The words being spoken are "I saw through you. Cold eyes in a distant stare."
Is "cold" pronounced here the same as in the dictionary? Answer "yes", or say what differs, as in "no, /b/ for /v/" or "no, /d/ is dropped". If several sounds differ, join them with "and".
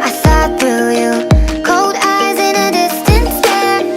yes